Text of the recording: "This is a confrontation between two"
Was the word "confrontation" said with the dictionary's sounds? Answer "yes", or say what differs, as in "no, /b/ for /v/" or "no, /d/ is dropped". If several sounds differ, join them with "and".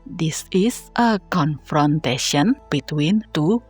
yes